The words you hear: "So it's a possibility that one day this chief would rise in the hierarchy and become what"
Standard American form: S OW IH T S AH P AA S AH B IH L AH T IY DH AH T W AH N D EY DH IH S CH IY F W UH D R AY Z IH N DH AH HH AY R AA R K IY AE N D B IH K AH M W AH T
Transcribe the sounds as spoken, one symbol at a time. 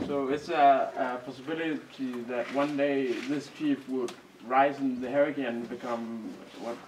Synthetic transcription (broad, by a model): S OW IH T S AH P AA S AH B IH L AH T IY DH AH T W AH N D EY DH IH S CH IY F W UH D R AY Z IH N DH AH HH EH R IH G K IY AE N B IH K AH M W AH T